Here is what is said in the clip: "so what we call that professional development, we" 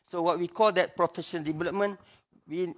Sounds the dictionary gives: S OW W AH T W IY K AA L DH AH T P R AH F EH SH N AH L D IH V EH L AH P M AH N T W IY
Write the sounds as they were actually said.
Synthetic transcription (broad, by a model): S OW W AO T W IY K AA L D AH T P R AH F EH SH AH N D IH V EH L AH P M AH N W IY